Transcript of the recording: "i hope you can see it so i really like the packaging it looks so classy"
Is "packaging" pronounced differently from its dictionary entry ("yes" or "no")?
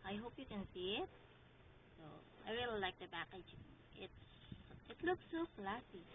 yes